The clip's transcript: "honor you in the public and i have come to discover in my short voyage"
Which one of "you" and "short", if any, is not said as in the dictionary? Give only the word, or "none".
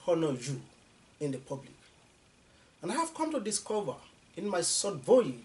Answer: short